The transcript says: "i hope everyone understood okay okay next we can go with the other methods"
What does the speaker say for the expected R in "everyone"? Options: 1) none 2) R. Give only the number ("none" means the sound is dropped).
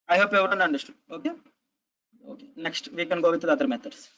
1